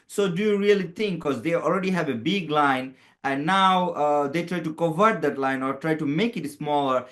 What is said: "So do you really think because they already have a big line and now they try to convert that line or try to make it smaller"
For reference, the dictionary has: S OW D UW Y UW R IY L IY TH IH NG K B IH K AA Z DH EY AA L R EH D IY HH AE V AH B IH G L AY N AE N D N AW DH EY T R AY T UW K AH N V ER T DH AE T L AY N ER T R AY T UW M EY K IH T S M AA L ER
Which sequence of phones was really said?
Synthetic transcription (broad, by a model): S OW D UW Y UW R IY L IY T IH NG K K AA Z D EY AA L R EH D IY HH AE V AH B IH G L AY N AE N N AW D EY T R AY T UW K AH V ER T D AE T L AY N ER T R AY T UW M EY K IH T S M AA L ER